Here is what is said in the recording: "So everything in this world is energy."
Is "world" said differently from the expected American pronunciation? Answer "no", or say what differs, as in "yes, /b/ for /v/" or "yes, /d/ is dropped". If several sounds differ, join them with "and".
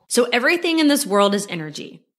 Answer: no